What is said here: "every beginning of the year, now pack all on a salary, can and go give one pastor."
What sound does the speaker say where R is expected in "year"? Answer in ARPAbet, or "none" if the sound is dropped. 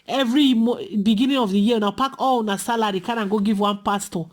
W